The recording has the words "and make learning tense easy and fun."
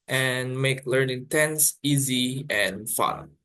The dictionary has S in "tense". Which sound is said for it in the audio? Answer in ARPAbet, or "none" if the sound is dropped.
S